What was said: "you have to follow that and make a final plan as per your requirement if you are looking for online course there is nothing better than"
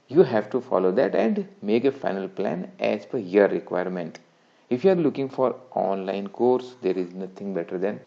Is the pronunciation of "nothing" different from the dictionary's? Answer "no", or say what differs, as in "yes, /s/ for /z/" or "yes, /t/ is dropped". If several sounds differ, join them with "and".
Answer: yes, /t/ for /θ/